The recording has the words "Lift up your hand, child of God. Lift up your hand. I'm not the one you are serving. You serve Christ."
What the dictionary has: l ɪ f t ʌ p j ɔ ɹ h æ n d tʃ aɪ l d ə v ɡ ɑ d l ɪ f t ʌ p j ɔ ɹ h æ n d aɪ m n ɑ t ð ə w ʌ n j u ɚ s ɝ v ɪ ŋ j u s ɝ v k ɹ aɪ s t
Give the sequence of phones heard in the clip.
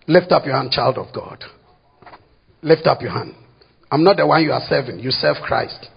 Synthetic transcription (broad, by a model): l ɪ f t ʌ p j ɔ h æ n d tʃ aɪ l d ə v ɡ ɑ d l ɪ f t ʌ p j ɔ h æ n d aɪ m n ɑ t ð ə w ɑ n j u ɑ s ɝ v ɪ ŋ j u s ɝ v k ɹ aɪ s t